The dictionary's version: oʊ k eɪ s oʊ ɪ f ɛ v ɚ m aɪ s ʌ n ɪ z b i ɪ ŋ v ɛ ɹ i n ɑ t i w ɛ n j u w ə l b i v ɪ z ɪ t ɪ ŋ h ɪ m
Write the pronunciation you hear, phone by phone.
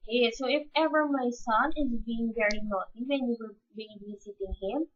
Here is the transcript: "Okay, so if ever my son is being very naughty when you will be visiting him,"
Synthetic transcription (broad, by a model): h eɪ s oʊ ɪ f ɛ v ɚ m aɪ s ʌ n ɪ z b i ɪ ŋ v ɛ ɹ i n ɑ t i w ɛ n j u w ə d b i b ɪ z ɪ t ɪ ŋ h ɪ m